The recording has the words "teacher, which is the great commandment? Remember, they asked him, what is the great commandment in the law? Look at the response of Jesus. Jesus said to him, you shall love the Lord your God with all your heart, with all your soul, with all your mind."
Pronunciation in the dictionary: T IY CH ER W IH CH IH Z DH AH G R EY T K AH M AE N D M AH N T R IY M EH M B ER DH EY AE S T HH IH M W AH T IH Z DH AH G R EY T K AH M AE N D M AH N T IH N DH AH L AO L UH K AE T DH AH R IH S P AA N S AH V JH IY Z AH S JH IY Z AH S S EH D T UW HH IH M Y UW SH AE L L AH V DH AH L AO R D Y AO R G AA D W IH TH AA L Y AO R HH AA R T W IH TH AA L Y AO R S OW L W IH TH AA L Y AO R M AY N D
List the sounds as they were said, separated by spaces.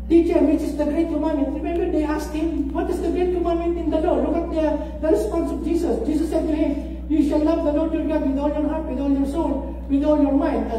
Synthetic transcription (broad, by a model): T IY CH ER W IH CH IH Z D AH G R EY T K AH M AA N M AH N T R IY M EH M B ER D EY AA S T HH IH M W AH T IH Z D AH G R EY T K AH M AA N M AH N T IH N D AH L AO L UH K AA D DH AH R IH S P AA N S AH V JH IY S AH S JH IY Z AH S S EH D T UW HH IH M Y UW SH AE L L AH V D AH L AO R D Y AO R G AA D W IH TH AA L Y AO R HH AA R T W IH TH AA L Y AO R S OW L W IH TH AA L Y AO R M AY N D